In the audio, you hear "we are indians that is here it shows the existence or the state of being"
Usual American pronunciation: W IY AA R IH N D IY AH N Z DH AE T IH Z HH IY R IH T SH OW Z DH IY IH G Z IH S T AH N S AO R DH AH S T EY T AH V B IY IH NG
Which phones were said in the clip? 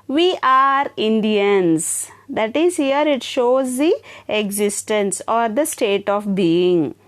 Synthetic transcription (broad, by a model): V IY AA R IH N D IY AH N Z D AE T IH Z HH IY R IH T SH OW Z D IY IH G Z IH S T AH N S AO R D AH S T EY T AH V B IY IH NG